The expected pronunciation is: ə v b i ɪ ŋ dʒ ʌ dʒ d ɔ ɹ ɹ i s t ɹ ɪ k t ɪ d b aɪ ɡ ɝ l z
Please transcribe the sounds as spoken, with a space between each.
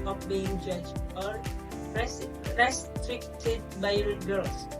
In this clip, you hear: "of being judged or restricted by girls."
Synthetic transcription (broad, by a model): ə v b i ɪ ŋ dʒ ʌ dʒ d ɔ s ɹ i s t ɹ ɪ k t ɪ d b aɪ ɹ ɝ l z